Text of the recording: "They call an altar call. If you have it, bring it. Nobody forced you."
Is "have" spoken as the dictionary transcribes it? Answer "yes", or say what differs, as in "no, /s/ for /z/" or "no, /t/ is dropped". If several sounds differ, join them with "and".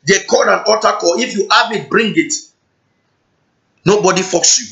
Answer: no, /b/ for /v/